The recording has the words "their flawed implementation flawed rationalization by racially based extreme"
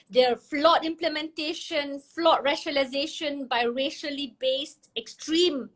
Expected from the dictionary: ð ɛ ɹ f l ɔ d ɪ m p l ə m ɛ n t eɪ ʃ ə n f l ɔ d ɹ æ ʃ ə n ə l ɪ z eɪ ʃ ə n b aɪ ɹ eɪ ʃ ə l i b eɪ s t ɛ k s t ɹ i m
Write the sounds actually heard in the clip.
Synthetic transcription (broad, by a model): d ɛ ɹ f l ɔ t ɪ m p l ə m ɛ n t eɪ ʃ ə n f l ɔ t ɹ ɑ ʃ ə l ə ɪ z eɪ ʃ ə n b aɪ ɹ eɪ ʃ ə l i b eɪ s t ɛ k s t ɹ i m